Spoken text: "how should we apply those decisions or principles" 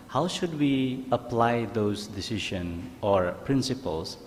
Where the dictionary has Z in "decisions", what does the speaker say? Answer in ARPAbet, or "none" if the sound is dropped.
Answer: none